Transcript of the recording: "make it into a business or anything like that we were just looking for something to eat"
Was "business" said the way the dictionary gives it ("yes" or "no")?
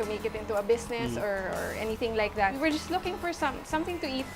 no